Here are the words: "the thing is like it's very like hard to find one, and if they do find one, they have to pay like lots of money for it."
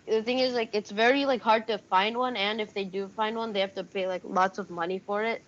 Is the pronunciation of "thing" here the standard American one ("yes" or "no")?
yes